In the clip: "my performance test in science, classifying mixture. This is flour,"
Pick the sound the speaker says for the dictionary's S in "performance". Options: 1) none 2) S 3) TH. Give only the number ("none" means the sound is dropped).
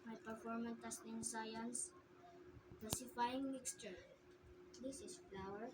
1